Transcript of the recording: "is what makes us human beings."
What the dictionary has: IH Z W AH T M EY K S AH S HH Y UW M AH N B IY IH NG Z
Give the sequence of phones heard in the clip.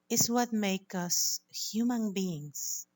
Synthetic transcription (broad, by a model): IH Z W AH T M EY K AH S HH Y UW M AH N B IY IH NG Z